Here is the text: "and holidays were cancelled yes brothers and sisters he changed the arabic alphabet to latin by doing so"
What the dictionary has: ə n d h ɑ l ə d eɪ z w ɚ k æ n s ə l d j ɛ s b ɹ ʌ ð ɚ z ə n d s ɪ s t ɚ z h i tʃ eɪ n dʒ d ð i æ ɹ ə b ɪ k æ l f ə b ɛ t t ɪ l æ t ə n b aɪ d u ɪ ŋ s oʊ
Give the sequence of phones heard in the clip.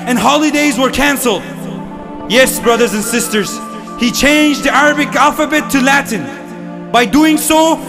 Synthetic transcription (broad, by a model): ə n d h ɑ l ə d eɪ z w ɚ k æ n s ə l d j ɛ s b ɹ ʌ ð ɚ z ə n s ɪ s t ɚ z h i tʃ eɪ n dʒ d ð i æ ɹ ə b ɪ k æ l f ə b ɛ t t ɪ l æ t n b aɪ d u ɪ ŋ s oʊ